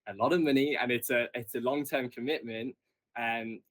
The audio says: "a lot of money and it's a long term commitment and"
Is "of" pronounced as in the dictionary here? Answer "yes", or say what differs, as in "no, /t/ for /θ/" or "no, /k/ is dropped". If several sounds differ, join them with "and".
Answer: yes